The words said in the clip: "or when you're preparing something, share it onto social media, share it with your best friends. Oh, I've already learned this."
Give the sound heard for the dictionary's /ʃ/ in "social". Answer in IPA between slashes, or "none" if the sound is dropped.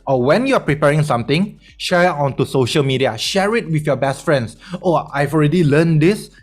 /ʃ/